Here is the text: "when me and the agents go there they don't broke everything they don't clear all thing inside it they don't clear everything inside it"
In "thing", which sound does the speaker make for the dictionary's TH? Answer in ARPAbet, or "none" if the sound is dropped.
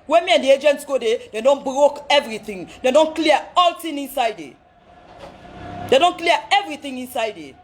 T